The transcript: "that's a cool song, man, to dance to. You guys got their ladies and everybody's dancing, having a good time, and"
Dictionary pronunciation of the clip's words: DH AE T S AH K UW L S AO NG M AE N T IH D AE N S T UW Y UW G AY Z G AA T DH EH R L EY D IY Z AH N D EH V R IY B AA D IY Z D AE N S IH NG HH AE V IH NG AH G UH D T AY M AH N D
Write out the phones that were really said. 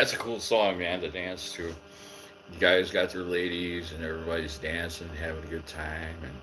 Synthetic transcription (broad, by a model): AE T S AH K UW L S AO NG M AE N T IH D AE N S T UW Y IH G AY Z G AA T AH R L EY D IY Z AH N EH V R IY B AA D IY Z D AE N S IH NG HH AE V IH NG AH G UH D T AY M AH N